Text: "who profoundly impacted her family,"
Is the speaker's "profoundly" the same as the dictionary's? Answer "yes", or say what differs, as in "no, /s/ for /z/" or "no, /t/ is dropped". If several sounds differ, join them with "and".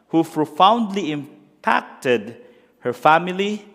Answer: yes